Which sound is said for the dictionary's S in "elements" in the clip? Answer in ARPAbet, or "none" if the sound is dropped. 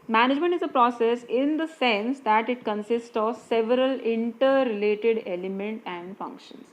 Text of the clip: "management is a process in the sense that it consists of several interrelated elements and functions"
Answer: none